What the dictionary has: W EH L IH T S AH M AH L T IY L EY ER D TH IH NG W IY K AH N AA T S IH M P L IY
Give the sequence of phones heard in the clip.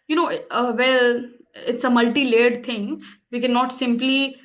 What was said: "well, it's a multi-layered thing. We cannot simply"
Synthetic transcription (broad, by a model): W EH L IH T S AH M AH L T IY L EY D T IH NG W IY K AH N AA T S IH M P L IY